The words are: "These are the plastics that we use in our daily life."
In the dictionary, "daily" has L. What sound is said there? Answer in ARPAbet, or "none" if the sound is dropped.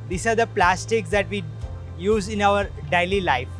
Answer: L